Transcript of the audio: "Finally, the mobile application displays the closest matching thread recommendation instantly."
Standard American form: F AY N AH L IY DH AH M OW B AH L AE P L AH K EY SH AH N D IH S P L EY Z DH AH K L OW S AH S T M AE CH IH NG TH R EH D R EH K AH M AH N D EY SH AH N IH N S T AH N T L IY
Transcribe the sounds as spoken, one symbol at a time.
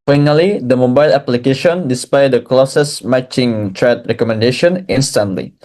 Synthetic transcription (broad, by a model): F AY N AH L IY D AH M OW B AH L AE P L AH K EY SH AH N D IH S P AA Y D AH K L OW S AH S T M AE CH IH NG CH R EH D R EH K AH M AH N D EY SH AH N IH N S T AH N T L IY